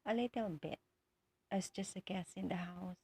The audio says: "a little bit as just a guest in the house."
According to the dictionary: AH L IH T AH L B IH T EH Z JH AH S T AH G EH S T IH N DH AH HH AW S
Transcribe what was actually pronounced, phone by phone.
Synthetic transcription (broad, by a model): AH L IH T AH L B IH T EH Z JH AH S T AH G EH S IH N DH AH HH AW S